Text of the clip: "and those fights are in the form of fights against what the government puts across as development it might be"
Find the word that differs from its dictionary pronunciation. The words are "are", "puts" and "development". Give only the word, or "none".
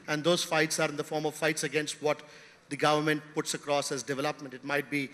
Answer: none